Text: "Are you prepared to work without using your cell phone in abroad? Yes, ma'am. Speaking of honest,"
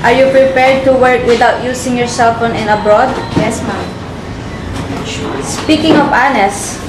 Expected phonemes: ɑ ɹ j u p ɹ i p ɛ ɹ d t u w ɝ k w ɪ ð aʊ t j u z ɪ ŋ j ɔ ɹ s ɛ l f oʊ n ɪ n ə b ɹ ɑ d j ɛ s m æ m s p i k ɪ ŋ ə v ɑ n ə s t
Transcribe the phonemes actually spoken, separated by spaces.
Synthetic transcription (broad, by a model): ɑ ɹ j u p ɹ i p ɛ ɹ d t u w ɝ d w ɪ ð aʊ t j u s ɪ ŋ j ɔ ɹ s ɛ l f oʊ n ɪ n ə b ɹ ɑ d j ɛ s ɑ s p i k ɪ ŋ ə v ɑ n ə s